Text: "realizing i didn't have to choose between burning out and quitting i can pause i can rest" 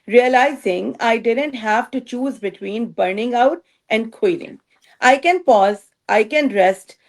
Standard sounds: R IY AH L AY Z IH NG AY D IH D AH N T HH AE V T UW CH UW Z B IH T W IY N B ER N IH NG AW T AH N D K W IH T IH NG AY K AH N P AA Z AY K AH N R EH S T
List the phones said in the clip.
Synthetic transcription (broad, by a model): R IY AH L AY Z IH NG AY D IH D AH N T HH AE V T UW CH UW Z B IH T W IY N B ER N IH NG AW T AH N D K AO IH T IH NG AY K AH N P AA Z AY K AH N R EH S T